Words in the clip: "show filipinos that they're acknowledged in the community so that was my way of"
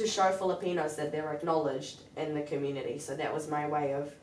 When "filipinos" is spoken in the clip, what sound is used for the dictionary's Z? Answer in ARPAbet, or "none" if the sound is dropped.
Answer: Z